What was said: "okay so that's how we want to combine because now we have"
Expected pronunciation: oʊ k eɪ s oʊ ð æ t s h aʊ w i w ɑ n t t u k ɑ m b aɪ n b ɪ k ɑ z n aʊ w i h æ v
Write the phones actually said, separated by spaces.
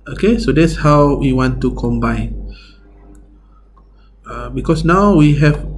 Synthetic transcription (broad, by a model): oʊ k eɪ s oʊ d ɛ t s h aʊ w i w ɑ n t t u k ɑ m b aɪ n b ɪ k ɑ s n aʊ w i h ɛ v